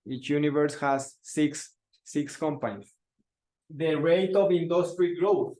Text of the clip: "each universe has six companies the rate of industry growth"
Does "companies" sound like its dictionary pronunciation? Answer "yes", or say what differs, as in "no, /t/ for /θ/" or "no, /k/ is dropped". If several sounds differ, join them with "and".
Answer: no, /s/ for /z/